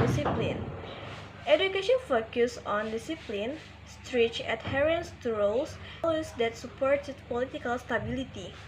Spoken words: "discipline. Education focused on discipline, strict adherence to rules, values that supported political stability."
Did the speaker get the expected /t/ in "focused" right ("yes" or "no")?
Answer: no